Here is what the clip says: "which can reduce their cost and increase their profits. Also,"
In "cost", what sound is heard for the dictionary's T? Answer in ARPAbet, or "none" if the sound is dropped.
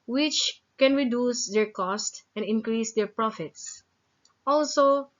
T